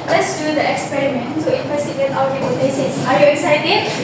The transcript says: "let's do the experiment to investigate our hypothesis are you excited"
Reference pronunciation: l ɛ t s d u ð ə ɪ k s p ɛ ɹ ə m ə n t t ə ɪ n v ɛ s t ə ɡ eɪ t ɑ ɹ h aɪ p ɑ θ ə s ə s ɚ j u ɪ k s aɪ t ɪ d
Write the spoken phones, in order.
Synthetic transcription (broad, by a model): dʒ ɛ s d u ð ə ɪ k s p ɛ ɹ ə m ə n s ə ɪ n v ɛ s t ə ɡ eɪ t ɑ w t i ɑ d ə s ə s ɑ j u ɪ k s aɪ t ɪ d